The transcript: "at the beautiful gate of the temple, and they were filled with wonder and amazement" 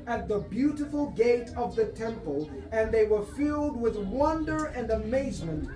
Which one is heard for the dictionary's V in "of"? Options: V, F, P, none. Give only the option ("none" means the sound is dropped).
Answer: V